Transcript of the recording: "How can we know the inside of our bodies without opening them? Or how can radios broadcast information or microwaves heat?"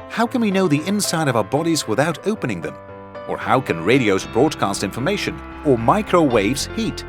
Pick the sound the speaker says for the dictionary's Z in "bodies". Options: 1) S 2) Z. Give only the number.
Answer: 2